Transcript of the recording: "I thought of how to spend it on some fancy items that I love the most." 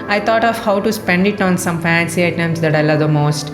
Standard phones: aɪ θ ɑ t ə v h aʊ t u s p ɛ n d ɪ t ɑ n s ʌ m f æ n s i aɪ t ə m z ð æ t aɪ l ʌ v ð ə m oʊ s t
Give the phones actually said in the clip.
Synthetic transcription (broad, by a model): aɪ t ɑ t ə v h aʊ t u s p ɛ n d ɪ t ɑ n s ʌ m f æ n s i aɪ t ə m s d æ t aɪ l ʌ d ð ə m oʊ s t